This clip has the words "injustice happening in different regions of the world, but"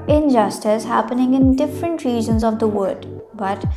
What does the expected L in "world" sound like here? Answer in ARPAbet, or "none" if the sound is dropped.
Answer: none